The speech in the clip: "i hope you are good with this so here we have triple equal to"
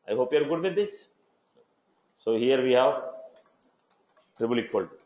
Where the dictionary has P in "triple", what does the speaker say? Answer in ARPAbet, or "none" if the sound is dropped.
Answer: B